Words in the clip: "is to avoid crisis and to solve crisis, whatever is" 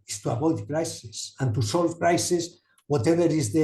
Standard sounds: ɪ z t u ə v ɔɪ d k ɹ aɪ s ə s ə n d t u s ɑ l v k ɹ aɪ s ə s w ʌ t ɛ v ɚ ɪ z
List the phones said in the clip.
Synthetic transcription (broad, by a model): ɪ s t u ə p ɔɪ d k ɹ aɪ s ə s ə n t u s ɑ l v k ɹ aɪ s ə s w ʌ t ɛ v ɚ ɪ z